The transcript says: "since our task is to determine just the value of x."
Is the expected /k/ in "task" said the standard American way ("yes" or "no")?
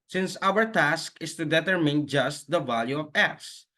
yes